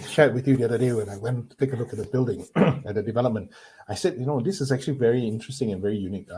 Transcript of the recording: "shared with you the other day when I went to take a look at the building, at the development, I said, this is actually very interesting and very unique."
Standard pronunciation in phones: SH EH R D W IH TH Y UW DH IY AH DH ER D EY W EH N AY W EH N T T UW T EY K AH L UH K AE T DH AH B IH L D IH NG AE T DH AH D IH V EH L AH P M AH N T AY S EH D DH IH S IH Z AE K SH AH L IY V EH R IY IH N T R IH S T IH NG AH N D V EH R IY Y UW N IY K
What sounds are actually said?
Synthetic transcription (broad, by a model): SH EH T W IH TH Y UW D IY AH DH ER D EY W EH N AY W EH N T T UW T EY K AH L UH K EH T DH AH B IH L D IH NG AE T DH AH D IH V EH L AH P M AH N T AY S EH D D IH S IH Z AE K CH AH L IY V EH R IY IH N T R IH S T IH NG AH N V EH R IY Y UW N IY K